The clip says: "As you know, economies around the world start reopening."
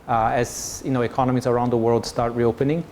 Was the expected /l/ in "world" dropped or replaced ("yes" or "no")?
no